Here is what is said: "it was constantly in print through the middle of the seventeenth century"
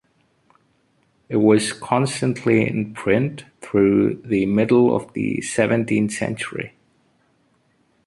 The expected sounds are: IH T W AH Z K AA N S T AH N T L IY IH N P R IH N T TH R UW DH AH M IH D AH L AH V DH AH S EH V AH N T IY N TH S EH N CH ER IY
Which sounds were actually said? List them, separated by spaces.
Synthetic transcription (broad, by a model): IH T W AH Z K AA N S T AH N T L IY IH N P R IH N T TH R UW DH AH M IH D L AH V DH AH S EH V AH N T IY N TH S EH N CH ER IY